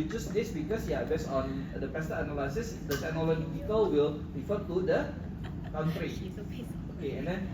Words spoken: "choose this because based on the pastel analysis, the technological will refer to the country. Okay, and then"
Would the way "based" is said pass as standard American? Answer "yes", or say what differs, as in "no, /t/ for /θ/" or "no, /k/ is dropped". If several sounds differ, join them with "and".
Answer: no, /t/ is dropped